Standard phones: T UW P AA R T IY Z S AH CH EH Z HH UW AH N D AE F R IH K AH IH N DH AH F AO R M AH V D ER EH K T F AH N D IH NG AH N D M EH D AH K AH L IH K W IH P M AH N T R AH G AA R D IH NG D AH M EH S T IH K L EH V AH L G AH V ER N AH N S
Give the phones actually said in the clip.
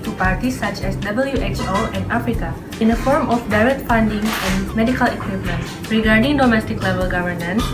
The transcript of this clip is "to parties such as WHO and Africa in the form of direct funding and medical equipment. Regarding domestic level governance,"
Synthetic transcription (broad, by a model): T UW P AA R T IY S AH CH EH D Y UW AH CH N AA F R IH K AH IH N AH F AO R M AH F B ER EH T F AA N D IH NG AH N M EH D AH K AH L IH K W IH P M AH N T R AH G AA R D IH NG D AH M EH S T IH K L EH V AH L G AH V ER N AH N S